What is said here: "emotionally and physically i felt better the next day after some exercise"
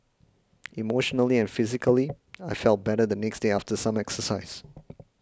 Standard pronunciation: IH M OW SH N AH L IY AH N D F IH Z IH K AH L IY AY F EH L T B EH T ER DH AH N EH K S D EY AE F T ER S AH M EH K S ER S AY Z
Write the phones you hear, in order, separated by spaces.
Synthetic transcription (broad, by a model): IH M OW SH N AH L IY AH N F IH Z IH K AH L IY AY F EH L T B EH T ER DH AH N EH K S D EY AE F T ER S AH M EH K S ER S AY Z